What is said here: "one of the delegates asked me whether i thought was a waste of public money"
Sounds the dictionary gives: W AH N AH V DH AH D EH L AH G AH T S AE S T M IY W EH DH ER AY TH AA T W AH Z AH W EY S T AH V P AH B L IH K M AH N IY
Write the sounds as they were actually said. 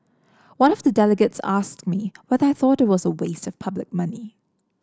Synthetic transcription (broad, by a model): W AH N AH V DH AH D EH L AH G AH T S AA S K M IY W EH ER AY TH AA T W AH Z AH W EY S T AH V P AH B L IH K M AH N IY